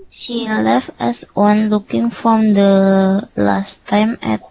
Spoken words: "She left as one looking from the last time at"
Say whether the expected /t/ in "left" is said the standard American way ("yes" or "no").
yes